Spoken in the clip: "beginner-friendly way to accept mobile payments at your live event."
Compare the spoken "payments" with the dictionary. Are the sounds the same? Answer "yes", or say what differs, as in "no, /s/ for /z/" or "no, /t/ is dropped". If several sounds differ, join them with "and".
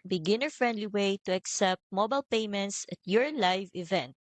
yes